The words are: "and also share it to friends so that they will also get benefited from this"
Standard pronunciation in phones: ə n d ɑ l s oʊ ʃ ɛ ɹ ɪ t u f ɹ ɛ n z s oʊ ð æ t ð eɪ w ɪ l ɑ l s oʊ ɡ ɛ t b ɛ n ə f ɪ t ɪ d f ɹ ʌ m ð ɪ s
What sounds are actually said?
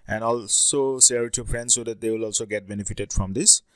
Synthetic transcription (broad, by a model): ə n ɑ l s oʊ s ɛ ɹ t u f ɹ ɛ n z s oʊ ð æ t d eɪ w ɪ l ɑ l s oʊ ɡ ɛ t b ɛ n ə f ɪ t ɪ d f ɹ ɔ m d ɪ s